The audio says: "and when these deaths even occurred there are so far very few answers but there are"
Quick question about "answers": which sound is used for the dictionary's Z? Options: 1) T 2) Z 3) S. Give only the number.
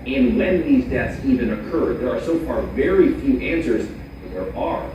2